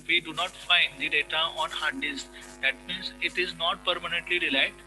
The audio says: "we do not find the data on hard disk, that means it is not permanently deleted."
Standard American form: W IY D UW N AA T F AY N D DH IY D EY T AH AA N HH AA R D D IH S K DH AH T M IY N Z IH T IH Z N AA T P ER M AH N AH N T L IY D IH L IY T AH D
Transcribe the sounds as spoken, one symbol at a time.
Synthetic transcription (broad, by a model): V IY D UW N AA T F AY N D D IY D EY T AH AA N HH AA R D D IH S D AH T M IY N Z IH T IH Z N AA T P ER M AH N AH N T L IY D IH L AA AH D